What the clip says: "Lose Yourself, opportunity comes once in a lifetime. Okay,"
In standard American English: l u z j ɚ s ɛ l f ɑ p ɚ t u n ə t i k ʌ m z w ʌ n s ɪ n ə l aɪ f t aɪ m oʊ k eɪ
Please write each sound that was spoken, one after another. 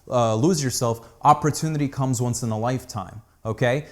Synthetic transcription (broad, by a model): l u z j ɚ s ɛ l f ɑ p ɚ t u n ə t i k ʌ m z w ʌ n s ɪ n ə l aɪ f t aɪ m oʊ k eɪ